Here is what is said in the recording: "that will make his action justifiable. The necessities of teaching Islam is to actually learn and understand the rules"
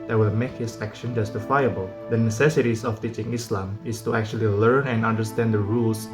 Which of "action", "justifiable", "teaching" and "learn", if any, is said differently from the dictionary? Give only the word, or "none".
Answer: none